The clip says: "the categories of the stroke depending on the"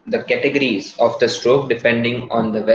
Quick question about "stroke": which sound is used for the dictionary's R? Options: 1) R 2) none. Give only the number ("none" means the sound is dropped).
1